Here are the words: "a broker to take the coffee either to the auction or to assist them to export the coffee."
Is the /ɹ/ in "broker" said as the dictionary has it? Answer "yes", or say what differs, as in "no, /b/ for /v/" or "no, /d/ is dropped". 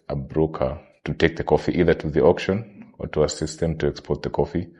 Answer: yes